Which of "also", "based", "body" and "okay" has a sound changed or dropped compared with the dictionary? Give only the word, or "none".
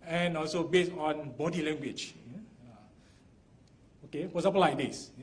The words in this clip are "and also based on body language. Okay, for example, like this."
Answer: based